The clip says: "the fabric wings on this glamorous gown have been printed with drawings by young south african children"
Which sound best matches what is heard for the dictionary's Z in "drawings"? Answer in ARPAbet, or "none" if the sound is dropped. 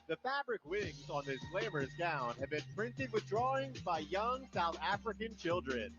Z